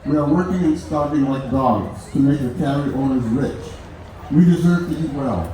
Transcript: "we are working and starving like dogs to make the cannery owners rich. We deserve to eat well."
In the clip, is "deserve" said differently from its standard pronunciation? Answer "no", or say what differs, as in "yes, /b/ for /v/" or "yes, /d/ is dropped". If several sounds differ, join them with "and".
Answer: no